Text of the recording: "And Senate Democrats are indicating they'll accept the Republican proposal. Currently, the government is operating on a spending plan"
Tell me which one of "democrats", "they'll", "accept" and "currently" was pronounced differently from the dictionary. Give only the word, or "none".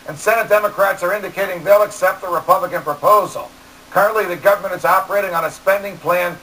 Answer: none